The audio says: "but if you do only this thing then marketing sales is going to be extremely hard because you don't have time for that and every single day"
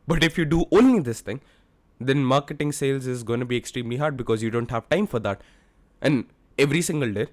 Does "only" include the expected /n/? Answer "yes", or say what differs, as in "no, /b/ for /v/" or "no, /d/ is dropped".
yes